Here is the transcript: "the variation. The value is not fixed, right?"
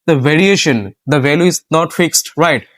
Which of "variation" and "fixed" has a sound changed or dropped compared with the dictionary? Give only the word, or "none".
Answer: none